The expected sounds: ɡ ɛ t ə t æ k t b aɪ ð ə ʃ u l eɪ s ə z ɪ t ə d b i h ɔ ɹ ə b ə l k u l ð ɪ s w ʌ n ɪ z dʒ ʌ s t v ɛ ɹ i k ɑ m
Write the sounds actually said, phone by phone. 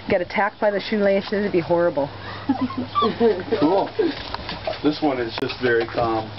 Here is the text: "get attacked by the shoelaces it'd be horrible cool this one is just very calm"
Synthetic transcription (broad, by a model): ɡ ɛ t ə t æ k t b aɪ ð ə ʃ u l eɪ ʃ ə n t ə b i h ɔ ɹ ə b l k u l ð ɪ s w ʌ n ɪ z dʒ ʌ s t v ɛ ɹ i k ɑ m